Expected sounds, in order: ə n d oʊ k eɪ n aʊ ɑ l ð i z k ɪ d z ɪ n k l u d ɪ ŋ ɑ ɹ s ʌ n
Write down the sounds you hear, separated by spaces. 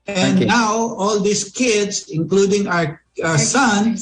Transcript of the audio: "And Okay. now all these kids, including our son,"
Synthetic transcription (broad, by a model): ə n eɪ n aʊ ɑ l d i s k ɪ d s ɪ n k l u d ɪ ŋ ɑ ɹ s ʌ n